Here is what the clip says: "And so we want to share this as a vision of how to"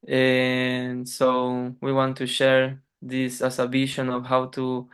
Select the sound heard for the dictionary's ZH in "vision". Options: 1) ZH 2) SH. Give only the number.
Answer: 2